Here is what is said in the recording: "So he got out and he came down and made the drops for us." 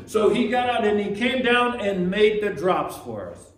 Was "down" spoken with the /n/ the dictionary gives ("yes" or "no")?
yes